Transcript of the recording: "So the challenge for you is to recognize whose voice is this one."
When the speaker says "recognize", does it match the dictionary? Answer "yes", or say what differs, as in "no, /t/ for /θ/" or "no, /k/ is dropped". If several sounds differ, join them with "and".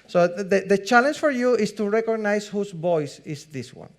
no, /s/ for /z/